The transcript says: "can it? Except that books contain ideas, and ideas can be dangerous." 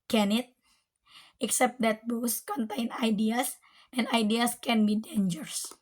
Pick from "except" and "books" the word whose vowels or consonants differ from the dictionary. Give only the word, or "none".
books